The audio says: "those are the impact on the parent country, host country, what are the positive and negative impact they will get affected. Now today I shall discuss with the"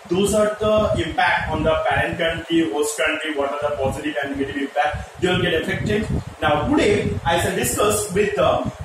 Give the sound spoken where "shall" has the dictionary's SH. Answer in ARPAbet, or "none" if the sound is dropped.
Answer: S